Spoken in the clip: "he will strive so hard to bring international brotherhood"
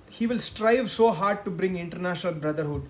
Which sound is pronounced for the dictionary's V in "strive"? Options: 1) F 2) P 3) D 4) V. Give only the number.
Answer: 4